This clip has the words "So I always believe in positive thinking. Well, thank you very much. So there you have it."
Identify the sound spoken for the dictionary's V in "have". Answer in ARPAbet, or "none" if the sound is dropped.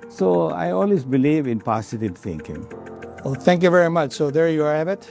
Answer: B